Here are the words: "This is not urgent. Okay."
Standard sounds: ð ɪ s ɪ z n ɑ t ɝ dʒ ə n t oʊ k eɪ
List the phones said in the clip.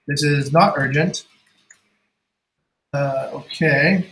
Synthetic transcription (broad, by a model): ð ɪ s ɪ z n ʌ t ɝ dʒ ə n t oʊ k eɪ